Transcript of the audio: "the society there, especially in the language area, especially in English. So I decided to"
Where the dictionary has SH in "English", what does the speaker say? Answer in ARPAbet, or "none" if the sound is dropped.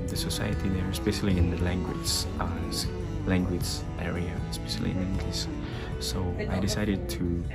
S